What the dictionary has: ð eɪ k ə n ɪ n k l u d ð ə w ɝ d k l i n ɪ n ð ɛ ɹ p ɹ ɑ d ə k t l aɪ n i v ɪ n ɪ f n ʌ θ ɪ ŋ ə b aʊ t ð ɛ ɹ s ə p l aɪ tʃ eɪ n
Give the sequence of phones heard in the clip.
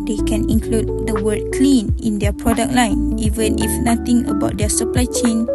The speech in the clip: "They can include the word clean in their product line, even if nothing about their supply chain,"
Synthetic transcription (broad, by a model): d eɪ k ə n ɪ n k l u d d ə w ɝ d k l i n ɪ n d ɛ p ɹ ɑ d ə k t l aɪ n i v ɪ n ɪ f n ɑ t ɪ ŋ ə b aʊ t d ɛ s ə p l aɪ tʃ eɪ n